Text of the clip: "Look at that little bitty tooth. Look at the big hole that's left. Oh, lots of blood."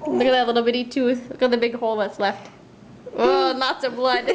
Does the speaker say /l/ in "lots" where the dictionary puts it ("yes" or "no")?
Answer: no